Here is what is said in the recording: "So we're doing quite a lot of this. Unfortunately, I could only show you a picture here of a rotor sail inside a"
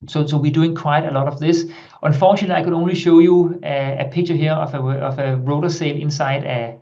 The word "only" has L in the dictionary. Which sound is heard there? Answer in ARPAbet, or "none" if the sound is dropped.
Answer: L